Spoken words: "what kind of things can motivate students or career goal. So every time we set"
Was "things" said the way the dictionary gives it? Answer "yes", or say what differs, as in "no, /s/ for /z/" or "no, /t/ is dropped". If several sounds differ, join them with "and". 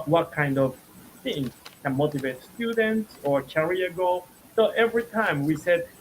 no, /z/ is dropped